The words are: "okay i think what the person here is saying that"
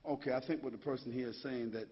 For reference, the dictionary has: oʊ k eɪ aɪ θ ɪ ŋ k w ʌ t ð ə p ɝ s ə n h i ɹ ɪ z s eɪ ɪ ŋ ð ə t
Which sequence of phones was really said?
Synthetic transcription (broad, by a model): oʊ k eɪ aɪ θ ɪ ŋ k w ʌ t ð ə p ɝ s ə n h i ɹ ɪ z s eɪ ɪ ŋ ð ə t